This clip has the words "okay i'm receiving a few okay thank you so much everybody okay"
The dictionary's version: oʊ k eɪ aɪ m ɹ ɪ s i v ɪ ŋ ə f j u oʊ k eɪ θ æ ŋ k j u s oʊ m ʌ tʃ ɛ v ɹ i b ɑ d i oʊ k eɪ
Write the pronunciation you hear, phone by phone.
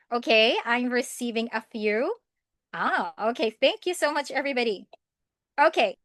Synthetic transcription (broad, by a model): oʊ k eɪ aɪ m ɹ ɪ s i v ɪ ŋ ə f j u oʊ k eɪ θ æ ŋ k j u s oʊ m ʌ tʃ ɛ v ɹ i b ɑ d i oʊ k eɪ